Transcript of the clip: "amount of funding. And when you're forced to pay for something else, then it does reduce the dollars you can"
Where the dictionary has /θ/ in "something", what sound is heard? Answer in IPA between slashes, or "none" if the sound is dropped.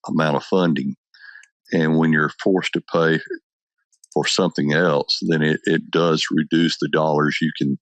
/θ/